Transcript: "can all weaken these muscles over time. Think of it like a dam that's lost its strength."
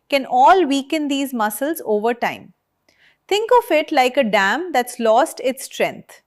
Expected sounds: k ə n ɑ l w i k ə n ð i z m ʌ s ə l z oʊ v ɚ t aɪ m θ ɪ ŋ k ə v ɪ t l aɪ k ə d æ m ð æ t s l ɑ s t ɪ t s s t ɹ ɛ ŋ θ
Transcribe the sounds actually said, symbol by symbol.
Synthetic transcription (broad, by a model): k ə n ɑ l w i k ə n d i z m ʌ s ə l z oʊ v ɚ t aɪ m t ɪ ŋ k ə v ɪ t l aɪ k ə d æ m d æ t s l ɑ s t ɪ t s s t ɹ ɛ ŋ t